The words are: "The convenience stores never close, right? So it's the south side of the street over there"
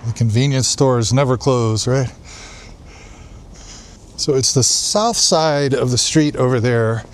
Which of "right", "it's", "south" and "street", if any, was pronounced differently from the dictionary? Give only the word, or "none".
none